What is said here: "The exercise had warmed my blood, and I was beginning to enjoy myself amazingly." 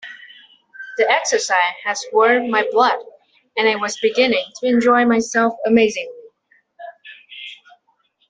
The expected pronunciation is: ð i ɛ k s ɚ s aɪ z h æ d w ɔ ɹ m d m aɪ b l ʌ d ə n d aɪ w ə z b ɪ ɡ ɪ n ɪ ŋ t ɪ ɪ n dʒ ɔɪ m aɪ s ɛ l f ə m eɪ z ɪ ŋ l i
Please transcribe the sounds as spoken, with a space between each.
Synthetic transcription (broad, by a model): ð i ɛ k s ɚ s aɪ z h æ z w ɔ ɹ d m aɪ b l ʌ d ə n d aɪ w ə z b ɪ ɡ ɪ n ɪ ŋ t ɪ ɪ n dʒ ɔɪ m aɪ s ɛ l f ə m eɪ z ɪ ŋ l i